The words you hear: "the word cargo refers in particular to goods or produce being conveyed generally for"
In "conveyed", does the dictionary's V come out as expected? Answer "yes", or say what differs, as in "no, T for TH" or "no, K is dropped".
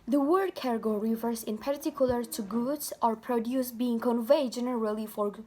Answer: yes